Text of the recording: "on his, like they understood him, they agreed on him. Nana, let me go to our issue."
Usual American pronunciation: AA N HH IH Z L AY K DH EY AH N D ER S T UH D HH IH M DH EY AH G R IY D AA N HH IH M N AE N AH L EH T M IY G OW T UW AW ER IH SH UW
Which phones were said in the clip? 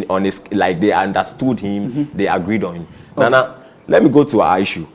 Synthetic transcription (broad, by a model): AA N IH S L AY K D EY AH N D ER S T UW D HH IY M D EY AH G R IY D AA N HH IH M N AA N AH L EH T M IY G OW T UW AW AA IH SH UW